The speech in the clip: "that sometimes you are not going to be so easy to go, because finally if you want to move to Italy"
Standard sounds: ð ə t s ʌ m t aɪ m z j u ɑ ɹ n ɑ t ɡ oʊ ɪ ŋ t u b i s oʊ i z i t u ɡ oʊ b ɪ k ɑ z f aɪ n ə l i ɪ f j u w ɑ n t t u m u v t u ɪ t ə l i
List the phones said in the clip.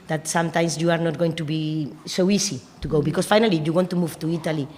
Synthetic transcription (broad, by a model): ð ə t s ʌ m t aɪ m s j u ɑ ɹ n ɑ t ɡ oʊ ɪ ŋ t u b i s oʊ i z i t u ɡ oʊ b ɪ k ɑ s f aɪ n ə l i j u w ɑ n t t u m u v t u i t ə l i